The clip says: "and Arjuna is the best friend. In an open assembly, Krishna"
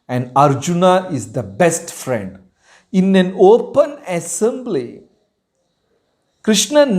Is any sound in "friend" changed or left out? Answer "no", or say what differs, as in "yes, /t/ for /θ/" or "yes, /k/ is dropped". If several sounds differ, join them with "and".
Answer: no